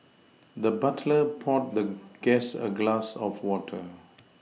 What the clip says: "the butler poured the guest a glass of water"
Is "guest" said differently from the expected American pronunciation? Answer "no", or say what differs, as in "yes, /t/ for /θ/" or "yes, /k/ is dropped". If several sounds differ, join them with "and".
yes, /t/ is dropped